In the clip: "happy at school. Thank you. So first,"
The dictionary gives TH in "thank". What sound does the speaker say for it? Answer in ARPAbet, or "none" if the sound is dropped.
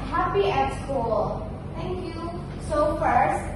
T